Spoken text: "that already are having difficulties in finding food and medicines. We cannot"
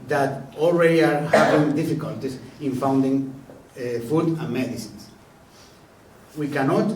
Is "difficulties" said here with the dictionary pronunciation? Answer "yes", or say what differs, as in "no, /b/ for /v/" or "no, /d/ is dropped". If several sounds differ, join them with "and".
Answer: no, /s/ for /z/